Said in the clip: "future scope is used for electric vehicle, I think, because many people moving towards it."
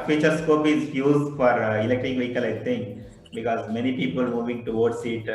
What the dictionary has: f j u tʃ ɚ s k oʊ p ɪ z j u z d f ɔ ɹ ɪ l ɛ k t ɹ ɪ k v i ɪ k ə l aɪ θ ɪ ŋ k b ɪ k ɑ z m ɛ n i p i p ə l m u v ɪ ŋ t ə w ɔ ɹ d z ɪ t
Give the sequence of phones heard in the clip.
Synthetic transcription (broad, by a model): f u tʃ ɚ s k oʊ p ɪ z j u z d f ɔ ɹ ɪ l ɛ k t ɪ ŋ v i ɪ k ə l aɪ t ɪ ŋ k b ɪ k ɑ z m ɛ n i p i p ə l m u v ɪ ŋ t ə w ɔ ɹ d s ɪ t